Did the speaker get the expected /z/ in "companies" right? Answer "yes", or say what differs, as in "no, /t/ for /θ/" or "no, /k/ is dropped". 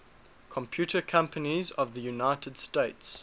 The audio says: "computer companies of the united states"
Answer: yes